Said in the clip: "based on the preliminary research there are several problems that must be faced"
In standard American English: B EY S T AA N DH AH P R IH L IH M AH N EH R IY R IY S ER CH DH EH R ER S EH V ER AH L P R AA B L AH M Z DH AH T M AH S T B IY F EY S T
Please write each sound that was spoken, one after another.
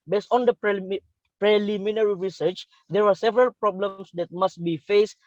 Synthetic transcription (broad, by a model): B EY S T AA N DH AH P R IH L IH M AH N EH R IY R IY S ER CH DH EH R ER S EH V ER AH L P R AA B L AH M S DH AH T M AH S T B IY F EY S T